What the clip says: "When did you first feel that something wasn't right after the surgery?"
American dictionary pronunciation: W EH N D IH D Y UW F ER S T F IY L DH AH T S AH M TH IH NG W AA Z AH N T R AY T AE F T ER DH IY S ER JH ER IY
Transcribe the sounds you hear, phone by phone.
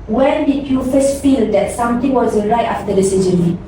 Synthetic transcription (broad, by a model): W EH N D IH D Y UW F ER S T F IY L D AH T S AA M T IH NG W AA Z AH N R AY T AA F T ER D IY S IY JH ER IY